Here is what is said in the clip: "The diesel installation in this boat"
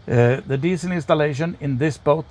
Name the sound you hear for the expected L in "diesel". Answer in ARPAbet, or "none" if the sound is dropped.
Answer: N